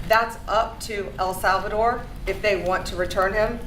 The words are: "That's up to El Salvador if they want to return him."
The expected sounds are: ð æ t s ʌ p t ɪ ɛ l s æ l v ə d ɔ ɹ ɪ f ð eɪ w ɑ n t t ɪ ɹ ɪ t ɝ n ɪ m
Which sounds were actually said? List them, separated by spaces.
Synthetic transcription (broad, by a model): ð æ t s ʌ p t ɪ ɛ l s æ l v ə d ɔ ɹ ɪ f ð eɪ w ɑ n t t ɪ ɹ ɪ t ɝ n ɪ m